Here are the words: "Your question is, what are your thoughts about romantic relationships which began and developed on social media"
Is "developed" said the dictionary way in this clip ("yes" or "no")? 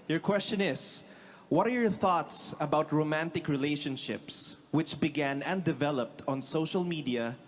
yes